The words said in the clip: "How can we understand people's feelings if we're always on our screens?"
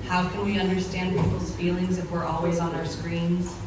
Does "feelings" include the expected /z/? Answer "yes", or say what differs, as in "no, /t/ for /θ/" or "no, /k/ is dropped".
yes